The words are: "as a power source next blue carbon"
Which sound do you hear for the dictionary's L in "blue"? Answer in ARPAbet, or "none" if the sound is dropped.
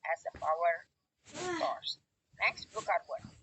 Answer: none